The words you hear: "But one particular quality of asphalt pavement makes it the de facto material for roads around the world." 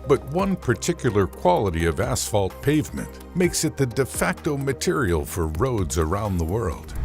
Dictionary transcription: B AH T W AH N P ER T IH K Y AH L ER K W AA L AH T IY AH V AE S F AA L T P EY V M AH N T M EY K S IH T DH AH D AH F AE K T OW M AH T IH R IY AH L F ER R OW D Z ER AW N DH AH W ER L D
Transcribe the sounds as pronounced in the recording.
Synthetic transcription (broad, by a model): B AH T W AH N P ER T IH K Y L ER K W AA L AH T IY AH V AE S F AA L T P EY V M AH N T M EY K S IH T DH AH D AH F AE K T OW M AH T IH R IY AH L F ER R OW D Z ER AW N DH AH W ER L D